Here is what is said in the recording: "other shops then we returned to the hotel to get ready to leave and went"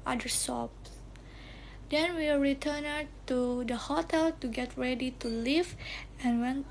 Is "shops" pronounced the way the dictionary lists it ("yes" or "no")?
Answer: no